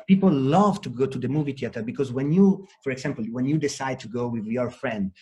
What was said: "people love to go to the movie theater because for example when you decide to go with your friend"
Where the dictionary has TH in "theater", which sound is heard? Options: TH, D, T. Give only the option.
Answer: T